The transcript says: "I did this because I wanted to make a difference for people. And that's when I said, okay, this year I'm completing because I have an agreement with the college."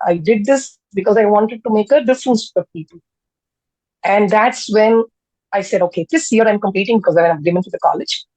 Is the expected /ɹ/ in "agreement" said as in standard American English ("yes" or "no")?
no